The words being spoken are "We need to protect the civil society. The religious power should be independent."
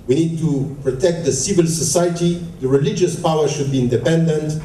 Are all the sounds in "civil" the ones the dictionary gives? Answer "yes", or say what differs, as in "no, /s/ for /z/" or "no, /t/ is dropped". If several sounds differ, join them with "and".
yes